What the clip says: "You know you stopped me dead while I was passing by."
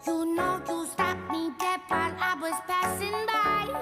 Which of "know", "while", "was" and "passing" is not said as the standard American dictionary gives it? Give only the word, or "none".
while